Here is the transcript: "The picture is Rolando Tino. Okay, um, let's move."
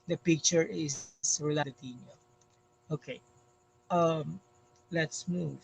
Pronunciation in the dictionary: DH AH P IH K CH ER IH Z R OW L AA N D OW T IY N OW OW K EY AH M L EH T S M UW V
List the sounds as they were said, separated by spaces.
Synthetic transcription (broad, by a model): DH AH P IH K CH ER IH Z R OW L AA D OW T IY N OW OW K EY AH M L EH T S M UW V